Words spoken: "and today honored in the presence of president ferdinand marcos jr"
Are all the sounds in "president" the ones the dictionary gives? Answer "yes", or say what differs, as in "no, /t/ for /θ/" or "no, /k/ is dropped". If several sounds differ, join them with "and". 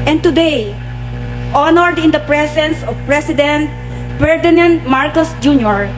no, /s/ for /z/